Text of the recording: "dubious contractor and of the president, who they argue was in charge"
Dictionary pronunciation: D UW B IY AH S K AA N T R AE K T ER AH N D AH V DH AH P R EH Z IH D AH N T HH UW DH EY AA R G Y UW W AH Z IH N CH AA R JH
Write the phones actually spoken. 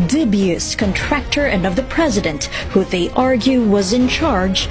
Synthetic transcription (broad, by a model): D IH B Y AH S K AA N T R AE K T ER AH N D AH V DH AH P R EH Z IH D AH N T HH UW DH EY AA R G Y UW W AH Z IH N CH AA R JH